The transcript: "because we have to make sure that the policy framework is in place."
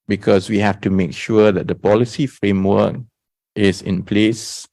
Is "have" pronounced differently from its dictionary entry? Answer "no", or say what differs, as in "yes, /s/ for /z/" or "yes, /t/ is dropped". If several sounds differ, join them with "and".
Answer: yes, /f/ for /v/